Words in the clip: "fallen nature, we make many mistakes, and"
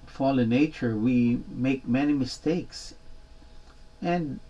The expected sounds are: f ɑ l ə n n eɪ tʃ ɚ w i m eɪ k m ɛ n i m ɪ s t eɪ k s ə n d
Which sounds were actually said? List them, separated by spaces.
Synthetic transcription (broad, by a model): f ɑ l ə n n eɪ tʃ ɚ w i m eɪ k m ɛ n i m ɪ s t eɪ k s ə n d